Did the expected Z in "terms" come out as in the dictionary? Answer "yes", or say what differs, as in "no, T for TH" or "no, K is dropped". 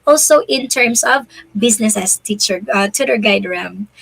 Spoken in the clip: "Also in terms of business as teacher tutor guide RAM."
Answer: no, S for Z